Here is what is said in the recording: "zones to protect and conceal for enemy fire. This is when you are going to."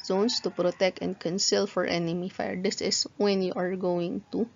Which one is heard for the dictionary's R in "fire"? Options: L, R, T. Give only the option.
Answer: R